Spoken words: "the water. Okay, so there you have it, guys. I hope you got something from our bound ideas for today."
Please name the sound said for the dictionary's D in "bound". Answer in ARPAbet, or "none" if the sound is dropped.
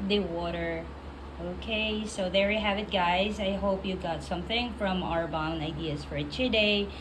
none